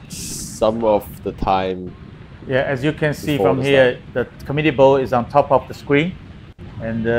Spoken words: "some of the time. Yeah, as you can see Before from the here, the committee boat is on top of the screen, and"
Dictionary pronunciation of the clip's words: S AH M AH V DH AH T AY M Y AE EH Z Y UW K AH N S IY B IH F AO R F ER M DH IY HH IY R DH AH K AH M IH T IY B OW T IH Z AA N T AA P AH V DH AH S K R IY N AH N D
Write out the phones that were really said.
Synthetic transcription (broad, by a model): S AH M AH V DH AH T AY M Y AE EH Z Y UW K AH N S IY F R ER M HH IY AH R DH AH K AH M IH T IY B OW IH Z AA N T AA P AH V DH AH S K R IY N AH N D